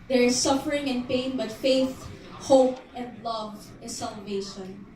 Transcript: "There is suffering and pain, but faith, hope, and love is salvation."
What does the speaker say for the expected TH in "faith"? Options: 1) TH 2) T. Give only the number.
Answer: 1